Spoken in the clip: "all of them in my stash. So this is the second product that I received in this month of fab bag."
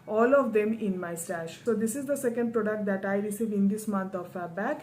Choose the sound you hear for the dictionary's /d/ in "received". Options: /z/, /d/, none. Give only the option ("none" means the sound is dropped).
none